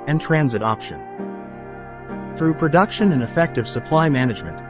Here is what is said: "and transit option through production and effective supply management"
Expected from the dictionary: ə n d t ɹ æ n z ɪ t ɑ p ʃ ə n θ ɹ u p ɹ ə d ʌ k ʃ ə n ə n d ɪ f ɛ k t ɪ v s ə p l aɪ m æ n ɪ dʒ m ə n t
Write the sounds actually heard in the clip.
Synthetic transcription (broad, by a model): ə n t ɹ æ n z ɪ t ɑ p ʃ ə n θ ɹ u p ɹ ə d ʌ k ʃ ə n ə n ɪ f ɛ k t ɪ v s ə p l aɪ m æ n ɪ dʒ m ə n t